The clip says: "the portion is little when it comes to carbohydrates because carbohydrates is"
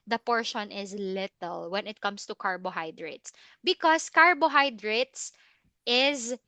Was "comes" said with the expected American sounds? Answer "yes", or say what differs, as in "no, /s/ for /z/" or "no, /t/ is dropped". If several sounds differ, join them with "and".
no, /s/ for /z/